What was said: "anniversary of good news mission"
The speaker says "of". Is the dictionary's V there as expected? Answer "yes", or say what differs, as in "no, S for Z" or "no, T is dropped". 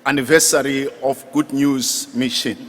no, F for V